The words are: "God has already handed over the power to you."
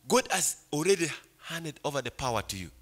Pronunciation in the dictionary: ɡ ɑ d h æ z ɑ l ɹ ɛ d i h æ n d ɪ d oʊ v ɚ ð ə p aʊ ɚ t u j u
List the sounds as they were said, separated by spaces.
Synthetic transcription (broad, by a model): ɡ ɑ d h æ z ɑ l ɹ ɛ d i h æ n d ɪ d oʊ v ɚ ð ə p aʊ ɚ t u j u